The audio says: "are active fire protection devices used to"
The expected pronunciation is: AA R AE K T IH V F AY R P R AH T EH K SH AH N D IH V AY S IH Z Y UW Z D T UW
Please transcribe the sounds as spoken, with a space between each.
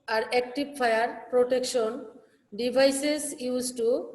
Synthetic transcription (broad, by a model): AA R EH K T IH B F AY R P R AH T EH K SH AH N D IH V AY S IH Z Y UW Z T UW